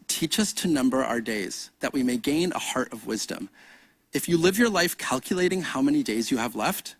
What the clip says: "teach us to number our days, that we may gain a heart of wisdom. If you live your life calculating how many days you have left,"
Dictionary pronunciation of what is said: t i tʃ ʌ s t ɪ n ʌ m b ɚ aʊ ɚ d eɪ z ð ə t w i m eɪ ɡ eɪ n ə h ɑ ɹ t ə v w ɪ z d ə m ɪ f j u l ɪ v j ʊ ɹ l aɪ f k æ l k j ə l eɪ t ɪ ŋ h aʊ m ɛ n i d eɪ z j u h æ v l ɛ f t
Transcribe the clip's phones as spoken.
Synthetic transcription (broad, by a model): t i tʃ ʌ s t ɪ n ʌ m b ɚ aʊ ɚ d eɪ z ð ə t w i m eɪ ɡ eɪ n ə h ɑ ɹ t ə v w ɪ z d ə m ɪ f j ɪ l ɪ v j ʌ ɹ l aɪ f k æ l k j ə l eɪ t ɪ ŋ h aʊ m ɛ n i d eɪ z j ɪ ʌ v l ɛ f t